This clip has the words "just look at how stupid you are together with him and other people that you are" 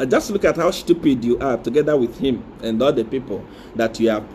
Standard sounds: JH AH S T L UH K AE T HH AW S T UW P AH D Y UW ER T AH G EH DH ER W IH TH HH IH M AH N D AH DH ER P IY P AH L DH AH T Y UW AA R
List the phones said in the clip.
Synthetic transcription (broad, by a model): JH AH S T L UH K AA T HH AW SH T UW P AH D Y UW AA T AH G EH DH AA W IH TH HH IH M AH N D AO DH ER P IY P AH L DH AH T Y UW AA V